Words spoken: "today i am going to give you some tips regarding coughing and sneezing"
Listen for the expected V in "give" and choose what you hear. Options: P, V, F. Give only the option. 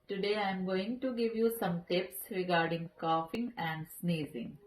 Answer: V